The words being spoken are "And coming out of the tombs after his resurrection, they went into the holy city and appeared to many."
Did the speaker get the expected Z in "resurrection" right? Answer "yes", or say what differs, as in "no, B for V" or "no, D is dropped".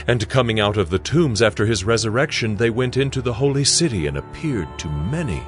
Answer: yes